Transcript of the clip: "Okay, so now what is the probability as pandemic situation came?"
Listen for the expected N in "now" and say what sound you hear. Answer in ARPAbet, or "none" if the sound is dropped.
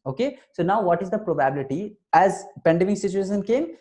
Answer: N